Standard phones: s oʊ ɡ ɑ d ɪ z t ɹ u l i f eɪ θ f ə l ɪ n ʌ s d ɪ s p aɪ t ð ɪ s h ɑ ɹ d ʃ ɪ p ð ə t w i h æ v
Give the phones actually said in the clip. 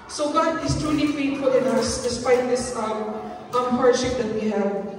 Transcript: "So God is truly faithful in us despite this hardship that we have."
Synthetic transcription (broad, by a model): s oʊ ɡ ɑ d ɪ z t ɹ u l i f eɪ t f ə l ɪ n ʌ s d ɪ s p aɪ t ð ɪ s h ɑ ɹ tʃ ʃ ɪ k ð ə t w i h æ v